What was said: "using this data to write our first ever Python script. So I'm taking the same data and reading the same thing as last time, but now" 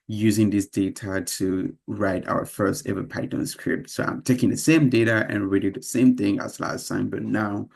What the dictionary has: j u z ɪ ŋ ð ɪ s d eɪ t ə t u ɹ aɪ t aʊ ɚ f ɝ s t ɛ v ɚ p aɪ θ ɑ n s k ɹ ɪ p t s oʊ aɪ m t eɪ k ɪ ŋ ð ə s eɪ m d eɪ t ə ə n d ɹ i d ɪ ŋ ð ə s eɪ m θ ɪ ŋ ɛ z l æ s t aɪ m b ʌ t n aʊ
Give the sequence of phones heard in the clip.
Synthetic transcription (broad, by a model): j u z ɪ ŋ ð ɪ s d eɪ t ə t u ɹ aɪ t aʊ ɚ f ɝ s t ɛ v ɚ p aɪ t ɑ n s k ɹ ɪ p t s oʊ aɪ m t eɪ k ɪ ŋ ð ə s eɪ m d eɪ t ə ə n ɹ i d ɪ ð ə s eɪ m θ ɪ ŋ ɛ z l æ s t aɪ m b ʌ t n aʊ